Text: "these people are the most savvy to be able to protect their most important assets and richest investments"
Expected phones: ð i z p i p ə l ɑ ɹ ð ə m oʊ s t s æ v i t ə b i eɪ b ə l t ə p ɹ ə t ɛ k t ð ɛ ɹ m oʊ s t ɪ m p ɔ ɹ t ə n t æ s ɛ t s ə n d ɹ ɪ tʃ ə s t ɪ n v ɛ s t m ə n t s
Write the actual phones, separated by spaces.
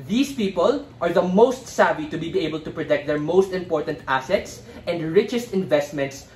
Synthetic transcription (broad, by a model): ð i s p i p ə l ɑ ɹ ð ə m oʊ s t s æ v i t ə b i eɪ b ə l t ə p ɹ ə t ɛ k t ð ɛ ɹ m oʊ s t ɪ m p ɔ ɹ t ə n t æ s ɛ t s ə n d ɹ ɪ tʃ ə s t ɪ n v ɛ s t m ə n t s